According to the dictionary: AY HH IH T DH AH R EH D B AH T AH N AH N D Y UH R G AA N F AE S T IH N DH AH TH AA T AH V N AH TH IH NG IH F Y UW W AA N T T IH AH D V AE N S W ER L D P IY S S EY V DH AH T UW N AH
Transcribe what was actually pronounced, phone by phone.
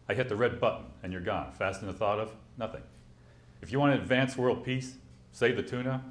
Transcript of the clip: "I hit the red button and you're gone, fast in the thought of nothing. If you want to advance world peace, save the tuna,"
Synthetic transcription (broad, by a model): AY HH IH T DH AH R EH D B AH T N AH N Y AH R G AA N F AE S T IH N DH AH TH AA T AH V N AH TH IH NG IH F Y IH W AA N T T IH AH D V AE N S W ER L D P IY S S EY V DH AH T UW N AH